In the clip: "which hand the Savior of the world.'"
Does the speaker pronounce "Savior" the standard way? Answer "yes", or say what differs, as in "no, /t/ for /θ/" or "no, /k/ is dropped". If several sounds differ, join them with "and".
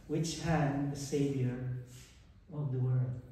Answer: yes